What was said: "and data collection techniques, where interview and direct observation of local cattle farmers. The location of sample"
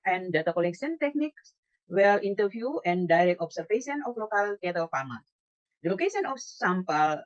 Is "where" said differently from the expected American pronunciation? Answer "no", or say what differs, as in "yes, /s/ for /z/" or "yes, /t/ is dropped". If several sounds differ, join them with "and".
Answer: yes, /l/ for /ɹ/